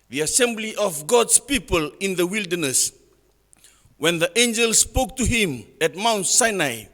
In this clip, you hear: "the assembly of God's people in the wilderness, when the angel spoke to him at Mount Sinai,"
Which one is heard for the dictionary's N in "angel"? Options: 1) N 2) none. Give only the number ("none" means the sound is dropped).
1